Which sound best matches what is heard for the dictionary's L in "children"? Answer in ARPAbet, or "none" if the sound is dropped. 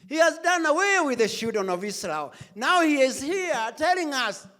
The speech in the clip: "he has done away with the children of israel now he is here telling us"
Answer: none